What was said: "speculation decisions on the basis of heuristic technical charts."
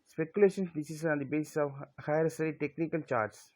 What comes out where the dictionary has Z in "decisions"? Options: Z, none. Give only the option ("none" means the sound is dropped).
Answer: none